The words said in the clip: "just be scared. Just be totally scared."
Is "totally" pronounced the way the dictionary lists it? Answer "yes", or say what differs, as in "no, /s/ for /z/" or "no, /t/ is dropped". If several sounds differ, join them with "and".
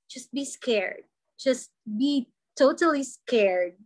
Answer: yes